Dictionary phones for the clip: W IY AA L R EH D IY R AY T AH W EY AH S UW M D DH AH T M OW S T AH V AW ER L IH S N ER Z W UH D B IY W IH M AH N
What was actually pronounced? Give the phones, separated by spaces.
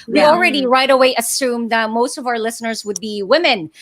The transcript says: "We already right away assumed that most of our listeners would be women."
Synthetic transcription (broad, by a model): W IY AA L R EH D IY R AY T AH W EY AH S UW M DH AH T M OW S T AH V AW ER L IH S N ER Z W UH D B IY W IH M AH N